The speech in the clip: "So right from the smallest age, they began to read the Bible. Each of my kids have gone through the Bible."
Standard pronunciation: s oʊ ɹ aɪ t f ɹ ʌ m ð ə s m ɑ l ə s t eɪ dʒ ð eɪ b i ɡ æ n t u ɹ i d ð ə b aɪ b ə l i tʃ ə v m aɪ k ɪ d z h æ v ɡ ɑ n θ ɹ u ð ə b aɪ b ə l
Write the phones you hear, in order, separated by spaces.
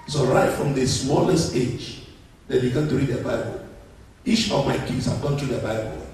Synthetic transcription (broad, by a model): s oʊ ɹ aɪ t f ɹ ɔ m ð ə s m ɑ l ə s t eɪ dʒ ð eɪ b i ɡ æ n t u ɹ i d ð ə b aɪ b ə l i tʃ ə v m aɪ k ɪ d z h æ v ɡ ɑ n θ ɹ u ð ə b aɪ b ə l